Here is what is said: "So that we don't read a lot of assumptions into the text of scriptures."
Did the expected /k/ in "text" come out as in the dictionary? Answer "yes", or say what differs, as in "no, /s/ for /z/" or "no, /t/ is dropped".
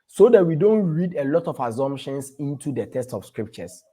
no, /k/ is dropped